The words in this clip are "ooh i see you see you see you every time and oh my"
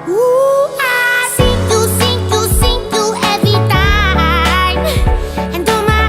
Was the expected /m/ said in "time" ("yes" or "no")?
no